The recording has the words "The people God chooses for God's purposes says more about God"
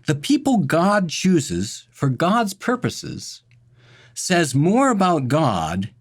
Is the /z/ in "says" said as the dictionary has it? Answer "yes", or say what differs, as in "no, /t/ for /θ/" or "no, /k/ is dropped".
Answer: yes